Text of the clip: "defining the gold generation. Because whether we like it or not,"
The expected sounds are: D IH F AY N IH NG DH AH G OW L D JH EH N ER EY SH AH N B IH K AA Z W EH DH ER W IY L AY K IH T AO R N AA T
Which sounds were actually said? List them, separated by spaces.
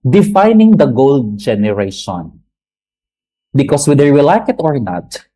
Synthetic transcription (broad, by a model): D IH F AY N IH NG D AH G OW L D JH EH N ER EY SH AH N B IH K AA S W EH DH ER W IY L AY K IH T AO R N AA T